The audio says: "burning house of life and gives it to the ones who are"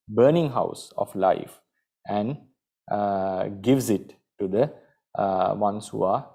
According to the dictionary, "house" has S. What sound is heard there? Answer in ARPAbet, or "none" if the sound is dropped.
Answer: S